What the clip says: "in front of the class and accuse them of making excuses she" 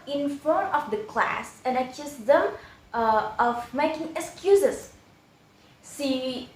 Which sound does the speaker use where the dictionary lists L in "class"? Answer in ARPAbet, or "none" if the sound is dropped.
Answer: L